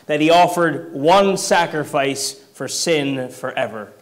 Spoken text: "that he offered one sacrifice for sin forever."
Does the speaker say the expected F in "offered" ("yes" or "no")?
yes